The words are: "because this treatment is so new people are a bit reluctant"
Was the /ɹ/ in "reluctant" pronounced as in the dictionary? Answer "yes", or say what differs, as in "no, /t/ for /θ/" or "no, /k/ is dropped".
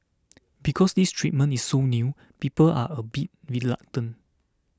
no, /w/ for /ɹ/